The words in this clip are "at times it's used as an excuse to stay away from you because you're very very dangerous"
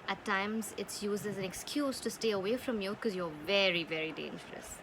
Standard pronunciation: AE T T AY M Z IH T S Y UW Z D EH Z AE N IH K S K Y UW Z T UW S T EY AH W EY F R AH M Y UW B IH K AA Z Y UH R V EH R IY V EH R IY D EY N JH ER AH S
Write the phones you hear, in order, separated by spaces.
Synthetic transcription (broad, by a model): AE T T AY M Z IH T S Y UW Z IH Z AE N IH K S K Y UW Z T UW S T EY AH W EY F R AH M Y UW K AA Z Y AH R V EH R IY V EH R IY D EY N JH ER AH S